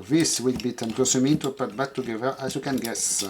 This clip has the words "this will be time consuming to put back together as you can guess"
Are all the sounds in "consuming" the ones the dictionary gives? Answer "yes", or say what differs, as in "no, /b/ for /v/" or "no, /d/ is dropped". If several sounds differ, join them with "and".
no, /n/ is dropped